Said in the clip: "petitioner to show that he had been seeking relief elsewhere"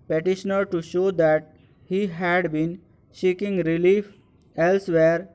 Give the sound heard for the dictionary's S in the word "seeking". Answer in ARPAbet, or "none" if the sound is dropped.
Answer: SH